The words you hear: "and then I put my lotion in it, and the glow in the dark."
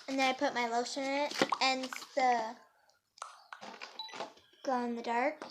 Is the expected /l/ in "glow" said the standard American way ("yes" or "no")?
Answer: no